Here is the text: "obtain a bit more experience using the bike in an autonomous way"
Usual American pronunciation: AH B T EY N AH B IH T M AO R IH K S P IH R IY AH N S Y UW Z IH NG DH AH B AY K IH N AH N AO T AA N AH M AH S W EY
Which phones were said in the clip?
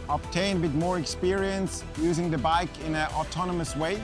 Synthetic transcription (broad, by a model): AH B T EY N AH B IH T M AO R IH K S P IH R IY AH N S Y UW Z IH NG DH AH B AY K IH N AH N AO T AA N AH M AH S W EY